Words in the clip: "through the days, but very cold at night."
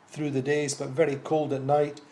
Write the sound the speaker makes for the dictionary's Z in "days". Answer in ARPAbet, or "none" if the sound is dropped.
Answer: Z